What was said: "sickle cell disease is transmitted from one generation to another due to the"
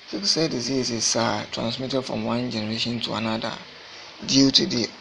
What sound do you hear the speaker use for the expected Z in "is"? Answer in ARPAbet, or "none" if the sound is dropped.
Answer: S